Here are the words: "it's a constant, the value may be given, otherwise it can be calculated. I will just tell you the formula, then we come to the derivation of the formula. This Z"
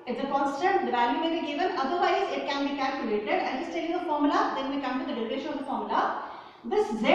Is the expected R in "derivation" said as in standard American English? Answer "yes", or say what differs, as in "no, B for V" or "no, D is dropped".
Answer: no, L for R